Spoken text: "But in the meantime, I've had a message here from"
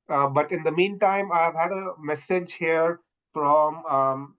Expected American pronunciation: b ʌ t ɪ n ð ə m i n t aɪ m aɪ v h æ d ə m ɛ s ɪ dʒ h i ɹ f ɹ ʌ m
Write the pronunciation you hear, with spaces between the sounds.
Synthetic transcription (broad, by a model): b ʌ t ɪ n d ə m i n t aɪ m aɪ v h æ d ə m ɛ s ɪ dʒ h i ɹ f ɹ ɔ m